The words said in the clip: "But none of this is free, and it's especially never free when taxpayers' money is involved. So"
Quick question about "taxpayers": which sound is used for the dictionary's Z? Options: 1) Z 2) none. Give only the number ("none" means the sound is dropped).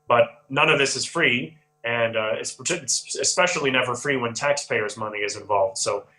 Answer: 1